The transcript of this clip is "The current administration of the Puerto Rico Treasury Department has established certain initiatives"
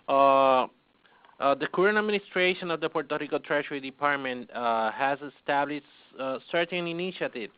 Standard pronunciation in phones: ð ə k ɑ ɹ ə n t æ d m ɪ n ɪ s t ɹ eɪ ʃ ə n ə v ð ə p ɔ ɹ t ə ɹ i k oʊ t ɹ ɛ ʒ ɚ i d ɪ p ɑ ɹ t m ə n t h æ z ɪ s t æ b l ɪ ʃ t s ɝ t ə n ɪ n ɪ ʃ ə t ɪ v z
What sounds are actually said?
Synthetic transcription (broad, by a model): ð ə k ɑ ɹ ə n æ d m ɪ n ɪ s t ɹ eɪ ʃ ə n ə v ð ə p ɔ ɹ t ə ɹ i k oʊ t ɹ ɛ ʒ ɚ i d ɪ p ɑ ɹ t m ə n t h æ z ɪ s t æ b l ɪ ʃ t s ɝ t ə n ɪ n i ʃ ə t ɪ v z